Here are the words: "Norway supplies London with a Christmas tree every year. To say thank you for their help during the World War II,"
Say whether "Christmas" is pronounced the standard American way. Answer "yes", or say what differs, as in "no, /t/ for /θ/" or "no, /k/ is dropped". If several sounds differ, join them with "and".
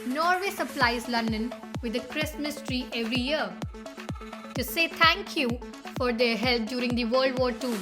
yes